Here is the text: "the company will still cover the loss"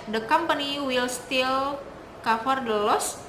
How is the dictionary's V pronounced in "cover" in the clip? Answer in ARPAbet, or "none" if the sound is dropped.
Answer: F